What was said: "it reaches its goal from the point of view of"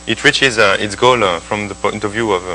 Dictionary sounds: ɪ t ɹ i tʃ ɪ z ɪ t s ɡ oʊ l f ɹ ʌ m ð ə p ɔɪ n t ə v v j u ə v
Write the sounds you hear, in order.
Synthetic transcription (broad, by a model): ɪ t ɹ i tʃ ɪ z ɪ t s ɡ oʊ l f ɹ ʌ m ð ə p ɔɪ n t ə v v j u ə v